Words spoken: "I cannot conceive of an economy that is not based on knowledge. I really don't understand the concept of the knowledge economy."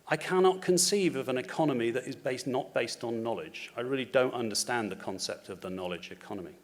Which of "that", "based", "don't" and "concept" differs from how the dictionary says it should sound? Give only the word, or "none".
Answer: none